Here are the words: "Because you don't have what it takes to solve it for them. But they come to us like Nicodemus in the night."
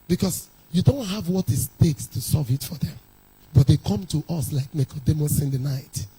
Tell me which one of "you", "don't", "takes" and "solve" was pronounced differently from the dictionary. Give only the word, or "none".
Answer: solve